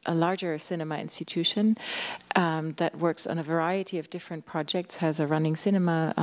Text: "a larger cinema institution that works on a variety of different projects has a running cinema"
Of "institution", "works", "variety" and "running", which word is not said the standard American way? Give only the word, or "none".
none